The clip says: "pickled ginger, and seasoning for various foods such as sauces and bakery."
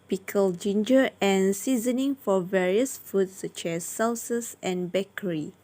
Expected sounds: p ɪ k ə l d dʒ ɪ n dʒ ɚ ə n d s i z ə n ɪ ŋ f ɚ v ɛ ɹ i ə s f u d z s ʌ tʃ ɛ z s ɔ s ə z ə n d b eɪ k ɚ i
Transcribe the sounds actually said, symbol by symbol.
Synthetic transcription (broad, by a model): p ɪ k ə l dʒ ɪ n dʒ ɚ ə n s i z ə n ɪ ŋ f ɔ v ɛ ɹ i ə s f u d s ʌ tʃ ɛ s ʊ s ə s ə n b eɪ k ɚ i